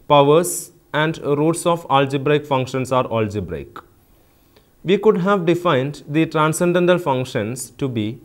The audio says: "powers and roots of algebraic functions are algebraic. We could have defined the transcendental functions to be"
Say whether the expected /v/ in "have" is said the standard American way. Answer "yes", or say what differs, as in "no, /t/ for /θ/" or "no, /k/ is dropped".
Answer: yes